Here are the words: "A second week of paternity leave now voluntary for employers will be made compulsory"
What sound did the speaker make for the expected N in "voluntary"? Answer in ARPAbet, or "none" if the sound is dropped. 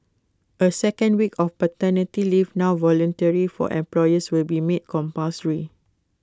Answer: N